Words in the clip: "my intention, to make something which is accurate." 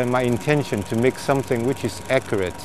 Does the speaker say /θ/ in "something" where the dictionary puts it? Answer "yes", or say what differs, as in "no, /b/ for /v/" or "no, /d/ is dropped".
yes